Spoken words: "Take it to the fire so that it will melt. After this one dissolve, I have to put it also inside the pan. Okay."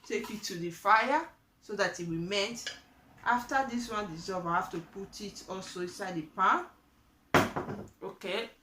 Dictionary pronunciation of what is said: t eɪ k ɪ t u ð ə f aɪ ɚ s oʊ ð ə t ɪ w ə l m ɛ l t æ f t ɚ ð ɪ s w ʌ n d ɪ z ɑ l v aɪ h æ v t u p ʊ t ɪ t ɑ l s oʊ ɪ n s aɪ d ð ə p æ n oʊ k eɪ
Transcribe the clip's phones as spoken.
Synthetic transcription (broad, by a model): t eɪ k ɪ t u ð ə f aɪ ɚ s oʊ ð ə t ɪ w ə m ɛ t t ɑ f t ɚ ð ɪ s w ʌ n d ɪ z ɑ v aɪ h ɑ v t u p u t ɪ t ɑ l s oʊ ɪ n s aɪ d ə p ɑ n oʊ k eɪ